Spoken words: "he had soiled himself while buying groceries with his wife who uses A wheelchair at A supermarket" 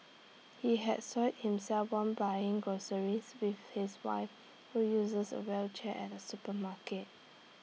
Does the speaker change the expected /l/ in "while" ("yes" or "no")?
yes